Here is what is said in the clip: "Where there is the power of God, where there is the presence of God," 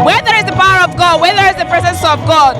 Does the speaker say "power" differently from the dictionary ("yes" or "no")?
no